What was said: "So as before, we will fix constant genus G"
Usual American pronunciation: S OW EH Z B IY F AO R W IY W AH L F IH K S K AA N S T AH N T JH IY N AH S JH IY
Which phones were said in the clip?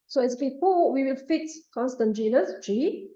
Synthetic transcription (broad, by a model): S OW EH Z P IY P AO W IY W AH L F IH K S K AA N S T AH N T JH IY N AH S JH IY